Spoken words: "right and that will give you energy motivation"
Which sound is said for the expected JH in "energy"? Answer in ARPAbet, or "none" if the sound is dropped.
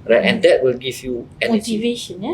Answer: none